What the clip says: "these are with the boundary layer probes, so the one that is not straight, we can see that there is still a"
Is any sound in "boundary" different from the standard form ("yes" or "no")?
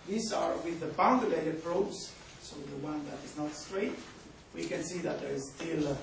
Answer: yes